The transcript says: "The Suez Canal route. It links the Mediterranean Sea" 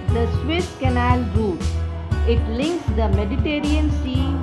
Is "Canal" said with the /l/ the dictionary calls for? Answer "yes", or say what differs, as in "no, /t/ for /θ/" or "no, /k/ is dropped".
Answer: yes